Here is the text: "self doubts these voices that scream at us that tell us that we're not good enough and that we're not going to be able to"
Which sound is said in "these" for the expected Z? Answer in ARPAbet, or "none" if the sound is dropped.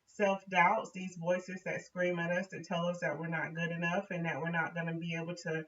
Z